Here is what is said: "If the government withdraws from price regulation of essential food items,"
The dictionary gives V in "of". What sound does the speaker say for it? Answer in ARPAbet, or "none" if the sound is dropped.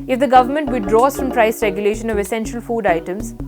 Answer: V